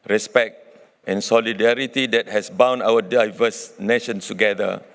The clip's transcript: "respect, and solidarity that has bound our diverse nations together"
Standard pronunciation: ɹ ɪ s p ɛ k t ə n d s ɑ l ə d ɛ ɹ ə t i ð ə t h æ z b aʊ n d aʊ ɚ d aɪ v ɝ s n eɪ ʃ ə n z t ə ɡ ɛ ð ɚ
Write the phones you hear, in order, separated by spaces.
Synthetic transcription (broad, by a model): ɹ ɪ s p ɛ k t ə n s ɑ l ə d ɛ ɹ ə t i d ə t h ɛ s b aʊ n aʊ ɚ d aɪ v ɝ s n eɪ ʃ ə n s t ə ɡ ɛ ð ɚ